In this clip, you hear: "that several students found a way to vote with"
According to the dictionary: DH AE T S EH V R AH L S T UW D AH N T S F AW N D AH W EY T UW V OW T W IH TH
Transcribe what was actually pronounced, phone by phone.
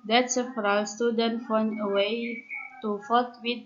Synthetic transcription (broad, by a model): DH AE T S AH F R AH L S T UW D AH N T F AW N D AH W EY T UW F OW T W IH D